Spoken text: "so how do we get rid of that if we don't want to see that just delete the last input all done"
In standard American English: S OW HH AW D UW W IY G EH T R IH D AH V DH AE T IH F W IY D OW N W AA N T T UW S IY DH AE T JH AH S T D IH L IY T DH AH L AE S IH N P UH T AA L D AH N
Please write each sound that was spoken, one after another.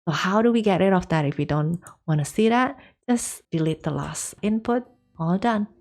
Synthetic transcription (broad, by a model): S OW HH AW D UW W IY G EH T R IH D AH F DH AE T IH F W IY D OW N W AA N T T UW S IY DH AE T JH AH S D IH L IY T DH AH L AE S IH N P UH T AA L D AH N